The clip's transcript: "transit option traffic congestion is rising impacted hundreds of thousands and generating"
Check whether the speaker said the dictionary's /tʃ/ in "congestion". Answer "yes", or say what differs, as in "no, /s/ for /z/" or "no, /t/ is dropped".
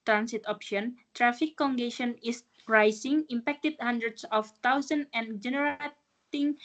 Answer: no, /tʃ/ is dropped